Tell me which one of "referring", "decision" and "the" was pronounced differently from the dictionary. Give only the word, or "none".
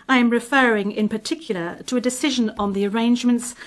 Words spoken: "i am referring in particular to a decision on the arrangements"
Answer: none